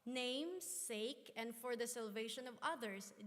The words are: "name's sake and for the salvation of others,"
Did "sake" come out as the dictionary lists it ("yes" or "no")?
yes